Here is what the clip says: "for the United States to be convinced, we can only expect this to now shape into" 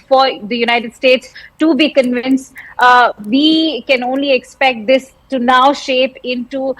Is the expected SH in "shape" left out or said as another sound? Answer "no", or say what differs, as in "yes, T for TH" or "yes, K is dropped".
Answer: no